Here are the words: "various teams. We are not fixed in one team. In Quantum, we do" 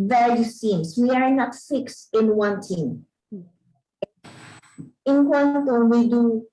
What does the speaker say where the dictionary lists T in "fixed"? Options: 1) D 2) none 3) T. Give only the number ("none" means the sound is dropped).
2